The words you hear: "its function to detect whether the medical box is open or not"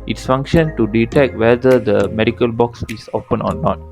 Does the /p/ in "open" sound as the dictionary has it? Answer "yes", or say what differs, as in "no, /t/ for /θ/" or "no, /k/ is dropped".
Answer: no, /f/ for /p/